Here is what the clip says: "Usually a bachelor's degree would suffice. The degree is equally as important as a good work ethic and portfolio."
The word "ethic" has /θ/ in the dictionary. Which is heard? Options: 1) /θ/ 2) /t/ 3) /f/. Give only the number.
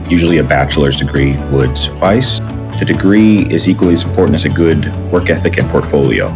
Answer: 1